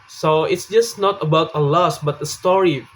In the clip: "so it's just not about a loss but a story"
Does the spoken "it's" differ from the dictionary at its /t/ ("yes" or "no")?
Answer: no